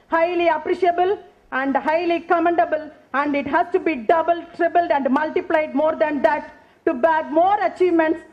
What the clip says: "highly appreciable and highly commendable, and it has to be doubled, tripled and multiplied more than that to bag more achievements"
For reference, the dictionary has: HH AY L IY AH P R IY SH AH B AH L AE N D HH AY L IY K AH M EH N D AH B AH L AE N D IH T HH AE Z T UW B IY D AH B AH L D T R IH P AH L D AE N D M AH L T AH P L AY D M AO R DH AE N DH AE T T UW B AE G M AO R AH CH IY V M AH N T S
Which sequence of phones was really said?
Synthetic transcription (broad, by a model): HH AY L IY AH P R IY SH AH B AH L AE N D HH AY L IY K AH M EH N D AH B AH L AE N D IH T HH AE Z T UW B IY D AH B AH L T R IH B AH L D AE N D M AH L T AH P L AY D M AO R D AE N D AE T T UW B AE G M AO R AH CH IY V M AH N T S